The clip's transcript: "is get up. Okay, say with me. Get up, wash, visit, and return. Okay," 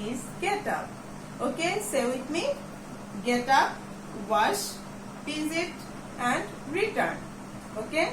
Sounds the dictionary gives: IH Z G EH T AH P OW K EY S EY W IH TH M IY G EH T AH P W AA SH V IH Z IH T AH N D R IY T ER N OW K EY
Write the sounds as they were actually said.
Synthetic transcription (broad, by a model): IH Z G EH T AH P OW K EY S EY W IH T M IY G EH T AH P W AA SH P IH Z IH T AH N D R IY T ER N OW K EY